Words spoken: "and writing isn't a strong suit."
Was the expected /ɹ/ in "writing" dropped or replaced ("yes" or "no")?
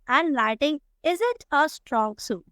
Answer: yes